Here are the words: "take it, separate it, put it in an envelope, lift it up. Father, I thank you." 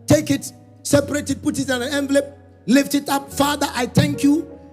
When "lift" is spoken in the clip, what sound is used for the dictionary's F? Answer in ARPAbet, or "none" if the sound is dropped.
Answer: F